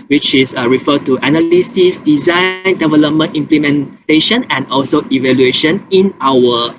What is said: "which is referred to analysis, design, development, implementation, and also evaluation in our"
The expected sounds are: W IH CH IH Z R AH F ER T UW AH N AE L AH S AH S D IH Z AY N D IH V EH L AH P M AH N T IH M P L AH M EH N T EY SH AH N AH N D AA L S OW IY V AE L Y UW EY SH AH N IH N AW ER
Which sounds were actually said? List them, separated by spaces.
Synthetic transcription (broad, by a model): W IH CH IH S R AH F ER T UW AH N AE L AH S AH S D IH Z AY N D IH V EH L AH P M AH N T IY M P L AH M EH N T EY SH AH N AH N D AA L S OW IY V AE L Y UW EY SH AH N IH N AW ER